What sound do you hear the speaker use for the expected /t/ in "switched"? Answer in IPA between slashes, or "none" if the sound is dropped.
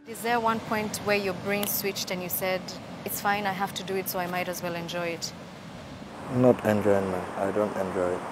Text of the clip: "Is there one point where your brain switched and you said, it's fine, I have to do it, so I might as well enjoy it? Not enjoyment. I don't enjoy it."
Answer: /t/